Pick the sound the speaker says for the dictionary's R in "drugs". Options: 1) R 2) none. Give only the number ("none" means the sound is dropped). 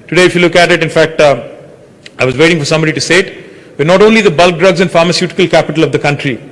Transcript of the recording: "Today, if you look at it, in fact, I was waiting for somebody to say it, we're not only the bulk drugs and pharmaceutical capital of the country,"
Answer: 1